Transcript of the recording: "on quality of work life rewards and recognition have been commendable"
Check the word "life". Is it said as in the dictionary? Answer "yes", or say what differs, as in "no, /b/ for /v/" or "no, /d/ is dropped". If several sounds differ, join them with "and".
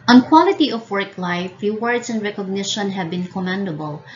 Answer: yes